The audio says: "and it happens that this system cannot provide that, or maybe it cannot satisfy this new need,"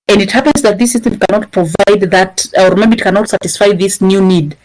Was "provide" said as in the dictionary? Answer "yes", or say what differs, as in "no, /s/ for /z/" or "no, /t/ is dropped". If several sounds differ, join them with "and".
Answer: yes